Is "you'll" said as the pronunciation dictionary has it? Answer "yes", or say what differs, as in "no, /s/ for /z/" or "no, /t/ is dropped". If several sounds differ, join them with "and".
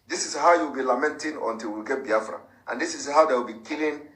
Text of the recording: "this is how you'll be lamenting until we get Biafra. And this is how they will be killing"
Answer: no, /w/ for /l/